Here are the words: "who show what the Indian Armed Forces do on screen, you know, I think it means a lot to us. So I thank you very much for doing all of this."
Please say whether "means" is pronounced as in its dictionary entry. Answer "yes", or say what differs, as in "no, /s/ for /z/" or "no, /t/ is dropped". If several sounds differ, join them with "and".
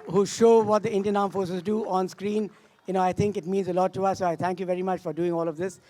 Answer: yes